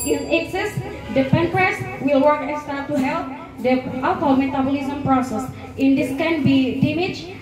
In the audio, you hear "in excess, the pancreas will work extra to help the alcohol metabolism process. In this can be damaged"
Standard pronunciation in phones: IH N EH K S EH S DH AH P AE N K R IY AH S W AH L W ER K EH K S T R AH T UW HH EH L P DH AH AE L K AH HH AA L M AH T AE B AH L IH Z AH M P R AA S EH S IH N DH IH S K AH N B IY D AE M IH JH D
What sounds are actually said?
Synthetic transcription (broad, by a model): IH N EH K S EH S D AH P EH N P R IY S W AH L W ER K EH S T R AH T UW HH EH L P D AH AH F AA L M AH T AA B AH L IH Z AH M P R AA S EH S IH N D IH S K AH N B IY D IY M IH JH